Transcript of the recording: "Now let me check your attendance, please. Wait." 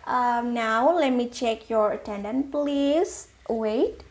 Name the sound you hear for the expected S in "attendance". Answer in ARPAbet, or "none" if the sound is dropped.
none